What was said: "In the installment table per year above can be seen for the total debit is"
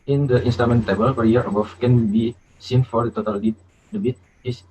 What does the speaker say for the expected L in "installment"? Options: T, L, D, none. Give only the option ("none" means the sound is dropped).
none